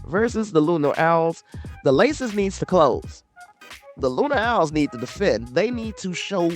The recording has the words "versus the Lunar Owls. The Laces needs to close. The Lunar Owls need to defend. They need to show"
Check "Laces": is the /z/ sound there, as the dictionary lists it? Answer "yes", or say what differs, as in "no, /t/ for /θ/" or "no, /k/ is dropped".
yes